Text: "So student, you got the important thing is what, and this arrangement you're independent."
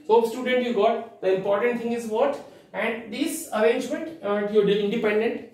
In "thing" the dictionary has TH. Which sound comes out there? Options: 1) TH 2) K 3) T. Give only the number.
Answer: 3